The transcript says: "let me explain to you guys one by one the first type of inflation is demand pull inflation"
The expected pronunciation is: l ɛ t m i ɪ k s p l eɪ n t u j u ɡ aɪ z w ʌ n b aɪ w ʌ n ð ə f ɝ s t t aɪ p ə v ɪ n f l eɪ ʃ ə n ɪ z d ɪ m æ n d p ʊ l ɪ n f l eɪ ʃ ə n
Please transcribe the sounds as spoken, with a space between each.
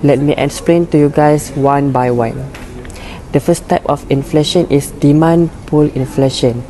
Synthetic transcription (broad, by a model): l ɛ t m i ɪ k s p l eɪ n t u j u ɡ aɪ s w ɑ n b aɪ w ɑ n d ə f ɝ s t t aɪ p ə f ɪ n f l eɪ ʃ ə n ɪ s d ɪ m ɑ n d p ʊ l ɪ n f l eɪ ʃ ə n